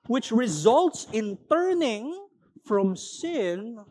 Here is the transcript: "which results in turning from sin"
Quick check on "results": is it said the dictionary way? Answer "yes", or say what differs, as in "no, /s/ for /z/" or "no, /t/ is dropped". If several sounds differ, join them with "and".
yes